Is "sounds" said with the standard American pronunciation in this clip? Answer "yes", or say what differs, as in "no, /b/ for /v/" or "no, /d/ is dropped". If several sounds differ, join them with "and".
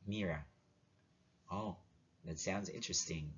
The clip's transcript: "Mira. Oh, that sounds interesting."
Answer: yes